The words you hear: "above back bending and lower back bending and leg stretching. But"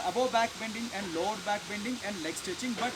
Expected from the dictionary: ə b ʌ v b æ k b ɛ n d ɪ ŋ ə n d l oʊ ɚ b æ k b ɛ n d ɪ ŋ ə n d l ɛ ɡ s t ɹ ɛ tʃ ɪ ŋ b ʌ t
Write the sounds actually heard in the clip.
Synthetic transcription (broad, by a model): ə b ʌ b æ k b ɛ n d ɪ ŋ ə n d l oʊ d b æ k b ɛ n d ɪ ŋ ə n d l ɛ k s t ɛ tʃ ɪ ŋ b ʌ t